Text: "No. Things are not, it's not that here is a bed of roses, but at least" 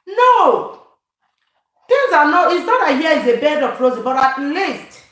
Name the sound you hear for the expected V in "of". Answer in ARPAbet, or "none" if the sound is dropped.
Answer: P